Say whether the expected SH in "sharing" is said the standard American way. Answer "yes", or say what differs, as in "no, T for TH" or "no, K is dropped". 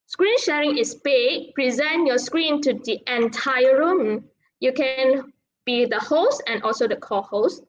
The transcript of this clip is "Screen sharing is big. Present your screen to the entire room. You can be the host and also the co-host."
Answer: yes